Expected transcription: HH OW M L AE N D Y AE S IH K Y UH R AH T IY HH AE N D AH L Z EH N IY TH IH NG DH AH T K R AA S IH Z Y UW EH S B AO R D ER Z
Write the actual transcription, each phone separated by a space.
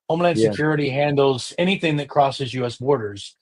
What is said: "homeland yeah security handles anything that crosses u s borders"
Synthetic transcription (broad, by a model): OW M L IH N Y S IH K Y UH R AH T IY HH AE N D L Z EH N IY TH IH NG DH AH T K R AA S IH Z Y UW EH S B AO R D ER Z